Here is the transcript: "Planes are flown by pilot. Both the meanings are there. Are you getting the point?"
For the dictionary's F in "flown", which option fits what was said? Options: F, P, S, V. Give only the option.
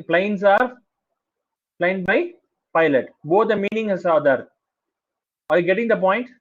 P